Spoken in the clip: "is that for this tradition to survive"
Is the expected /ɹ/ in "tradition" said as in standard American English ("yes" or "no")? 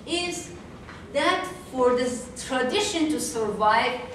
yes